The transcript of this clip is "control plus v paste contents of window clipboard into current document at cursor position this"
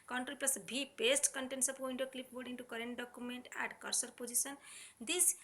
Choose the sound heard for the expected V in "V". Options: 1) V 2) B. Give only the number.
2